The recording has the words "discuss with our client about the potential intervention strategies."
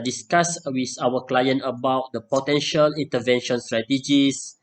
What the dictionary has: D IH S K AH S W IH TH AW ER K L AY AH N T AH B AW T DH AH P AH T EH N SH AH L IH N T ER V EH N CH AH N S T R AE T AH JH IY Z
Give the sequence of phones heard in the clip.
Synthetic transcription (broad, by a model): D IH S K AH S W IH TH AW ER K L AY AH N T AH B AW T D AH P AH T EH N SH AH L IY N T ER V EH N SH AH N S T R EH T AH JH IY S